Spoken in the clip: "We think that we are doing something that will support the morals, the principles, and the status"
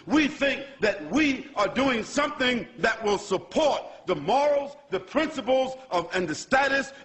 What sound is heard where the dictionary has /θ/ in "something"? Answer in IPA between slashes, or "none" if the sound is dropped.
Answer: /θ/